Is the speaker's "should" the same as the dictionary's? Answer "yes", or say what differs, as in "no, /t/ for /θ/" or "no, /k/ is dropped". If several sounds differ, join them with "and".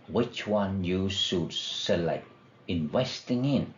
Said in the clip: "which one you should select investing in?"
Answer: no, /s/ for /ʃ/